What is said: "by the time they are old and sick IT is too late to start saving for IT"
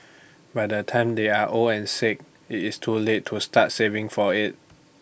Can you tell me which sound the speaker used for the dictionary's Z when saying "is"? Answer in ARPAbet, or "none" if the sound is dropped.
S